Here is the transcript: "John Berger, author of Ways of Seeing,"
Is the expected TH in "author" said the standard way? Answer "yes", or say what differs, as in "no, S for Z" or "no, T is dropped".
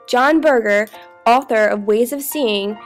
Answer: yes